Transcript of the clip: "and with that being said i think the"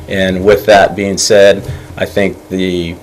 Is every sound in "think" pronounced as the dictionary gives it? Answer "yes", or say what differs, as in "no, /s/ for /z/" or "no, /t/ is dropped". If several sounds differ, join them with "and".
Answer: yes